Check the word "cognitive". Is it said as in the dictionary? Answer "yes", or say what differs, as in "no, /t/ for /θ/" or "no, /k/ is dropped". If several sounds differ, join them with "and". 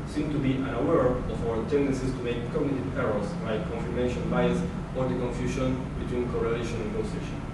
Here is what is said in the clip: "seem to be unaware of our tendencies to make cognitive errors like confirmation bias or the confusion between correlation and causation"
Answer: no, /p/ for /v/